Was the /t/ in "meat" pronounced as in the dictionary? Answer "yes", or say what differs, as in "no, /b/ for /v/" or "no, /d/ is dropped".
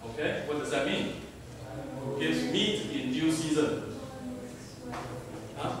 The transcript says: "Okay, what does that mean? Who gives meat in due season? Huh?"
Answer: yes